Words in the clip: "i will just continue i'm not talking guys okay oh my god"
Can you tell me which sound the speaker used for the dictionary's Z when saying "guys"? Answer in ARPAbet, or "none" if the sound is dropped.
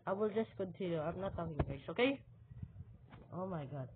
S